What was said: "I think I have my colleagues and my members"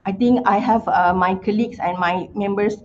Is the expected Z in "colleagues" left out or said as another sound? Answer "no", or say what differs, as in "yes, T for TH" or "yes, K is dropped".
yes, S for Z